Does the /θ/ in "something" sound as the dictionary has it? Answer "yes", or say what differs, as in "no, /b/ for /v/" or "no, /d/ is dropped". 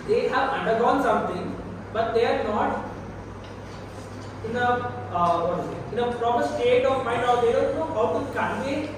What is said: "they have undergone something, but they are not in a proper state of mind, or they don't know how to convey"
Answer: no, /t/ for /θ/